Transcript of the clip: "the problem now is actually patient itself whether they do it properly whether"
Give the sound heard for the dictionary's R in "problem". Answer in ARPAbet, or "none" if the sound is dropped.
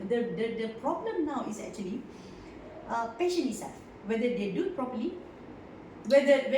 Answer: R